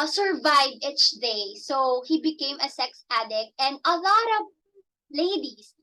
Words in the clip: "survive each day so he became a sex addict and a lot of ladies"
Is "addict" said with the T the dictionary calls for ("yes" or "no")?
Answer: yes